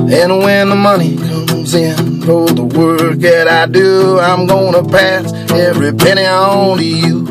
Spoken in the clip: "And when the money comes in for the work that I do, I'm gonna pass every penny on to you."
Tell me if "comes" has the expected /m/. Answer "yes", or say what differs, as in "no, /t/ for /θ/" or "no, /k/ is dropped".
no, /m/ is dropped